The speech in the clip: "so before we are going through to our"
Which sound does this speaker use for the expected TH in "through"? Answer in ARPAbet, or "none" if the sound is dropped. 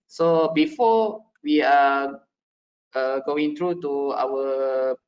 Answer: T